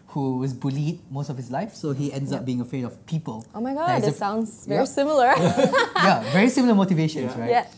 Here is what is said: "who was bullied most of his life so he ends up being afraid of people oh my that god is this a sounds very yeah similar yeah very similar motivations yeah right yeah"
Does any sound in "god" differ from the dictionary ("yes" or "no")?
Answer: yes